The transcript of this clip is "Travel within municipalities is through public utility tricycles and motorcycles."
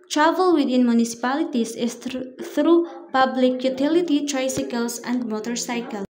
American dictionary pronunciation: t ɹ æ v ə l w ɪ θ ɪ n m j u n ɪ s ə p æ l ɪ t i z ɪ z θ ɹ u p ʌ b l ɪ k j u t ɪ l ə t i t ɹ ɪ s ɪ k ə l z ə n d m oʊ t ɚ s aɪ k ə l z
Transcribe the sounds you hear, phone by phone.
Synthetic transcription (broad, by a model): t ɹ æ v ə l w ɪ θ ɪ n m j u n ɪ s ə p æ l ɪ t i s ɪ s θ ɹ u p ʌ b l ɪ k j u t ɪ l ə t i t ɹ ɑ s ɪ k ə l s ə n d m oʊ t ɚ s aɪ k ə l